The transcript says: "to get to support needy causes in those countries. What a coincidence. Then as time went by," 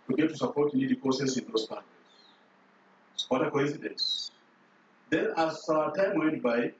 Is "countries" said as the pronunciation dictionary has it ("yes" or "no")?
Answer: no